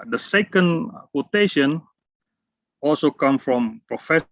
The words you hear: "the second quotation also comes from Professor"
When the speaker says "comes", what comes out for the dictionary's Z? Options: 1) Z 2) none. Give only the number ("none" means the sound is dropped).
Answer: 2